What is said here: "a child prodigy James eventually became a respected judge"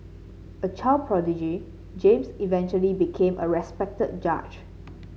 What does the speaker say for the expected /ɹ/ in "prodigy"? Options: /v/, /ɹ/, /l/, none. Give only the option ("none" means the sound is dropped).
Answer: /ɹ/